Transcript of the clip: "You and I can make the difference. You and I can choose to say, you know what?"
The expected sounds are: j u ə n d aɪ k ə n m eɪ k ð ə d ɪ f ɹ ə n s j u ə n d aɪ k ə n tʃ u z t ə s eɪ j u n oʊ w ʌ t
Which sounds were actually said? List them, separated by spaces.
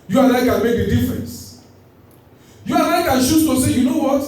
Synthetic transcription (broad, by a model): j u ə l aɪ k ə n m eɪ k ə d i f ɹ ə n s j u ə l aɪ k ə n ʃ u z t ə s eɪ j u n oʊ w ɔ t